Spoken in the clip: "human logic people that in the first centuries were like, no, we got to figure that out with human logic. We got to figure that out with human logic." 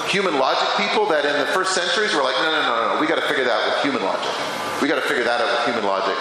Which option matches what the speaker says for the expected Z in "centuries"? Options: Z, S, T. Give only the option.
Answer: Z